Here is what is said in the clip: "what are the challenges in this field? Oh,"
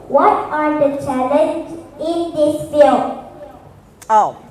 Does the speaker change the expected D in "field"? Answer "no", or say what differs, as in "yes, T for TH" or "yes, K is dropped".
yes, D is dropped